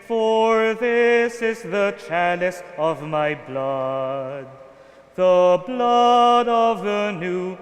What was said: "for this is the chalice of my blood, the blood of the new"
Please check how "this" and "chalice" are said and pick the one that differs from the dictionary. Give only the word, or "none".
none